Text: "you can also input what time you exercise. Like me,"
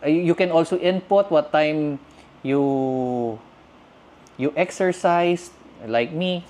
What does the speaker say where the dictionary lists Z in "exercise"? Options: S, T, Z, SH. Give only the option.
S